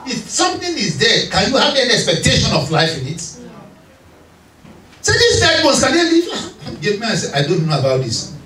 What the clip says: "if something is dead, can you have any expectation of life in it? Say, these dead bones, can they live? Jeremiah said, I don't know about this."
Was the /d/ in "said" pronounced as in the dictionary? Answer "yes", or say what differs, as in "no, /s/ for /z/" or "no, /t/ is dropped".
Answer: no, /d/ is dropped